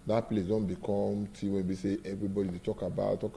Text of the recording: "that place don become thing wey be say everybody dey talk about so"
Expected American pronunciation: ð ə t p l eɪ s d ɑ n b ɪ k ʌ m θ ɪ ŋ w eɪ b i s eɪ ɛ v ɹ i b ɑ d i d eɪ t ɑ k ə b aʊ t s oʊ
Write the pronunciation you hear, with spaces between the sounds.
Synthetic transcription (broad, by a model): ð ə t p l eɪ s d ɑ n b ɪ k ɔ m t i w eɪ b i s eɪ ɛ v ɹ i b ɑ d i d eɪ t ɑ k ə b aʊ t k